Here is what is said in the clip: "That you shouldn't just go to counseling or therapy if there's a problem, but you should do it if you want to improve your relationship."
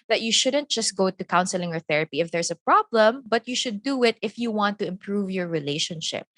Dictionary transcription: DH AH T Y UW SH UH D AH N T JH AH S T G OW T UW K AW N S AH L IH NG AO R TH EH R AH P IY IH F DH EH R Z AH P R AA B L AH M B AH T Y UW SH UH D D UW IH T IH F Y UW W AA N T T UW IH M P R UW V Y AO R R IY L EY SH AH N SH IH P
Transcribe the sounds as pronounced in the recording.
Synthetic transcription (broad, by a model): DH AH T Y UW SH UH D AH N T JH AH S T G OW T UW K AW N S AH L IH NG AO R TH EH R AH P IY IH F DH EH R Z AH P R AA B L AH M B AH T Y UW SH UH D D UW IH T IH F Y UW W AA N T T UW IH M P R UW V Y AO R R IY L EY SH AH N SH IH P